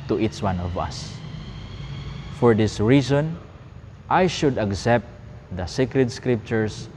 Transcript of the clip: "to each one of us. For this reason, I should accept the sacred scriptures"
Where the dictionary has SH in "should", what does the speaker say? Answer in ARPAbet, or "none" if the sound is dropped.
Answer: SH